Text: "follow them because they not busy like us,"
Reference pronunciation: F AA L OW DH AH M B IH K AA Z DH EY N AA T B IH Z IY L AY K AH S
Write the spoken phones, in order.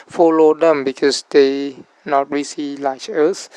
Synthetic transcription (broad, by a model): F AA L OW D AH M B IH K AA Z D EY N AA T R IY S IY L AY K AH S